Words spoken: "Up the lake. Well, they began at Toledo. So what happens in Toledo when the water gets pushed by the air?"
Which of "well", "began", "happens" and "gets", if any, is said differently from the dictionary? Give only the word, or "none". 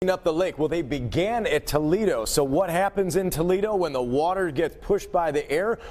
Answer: none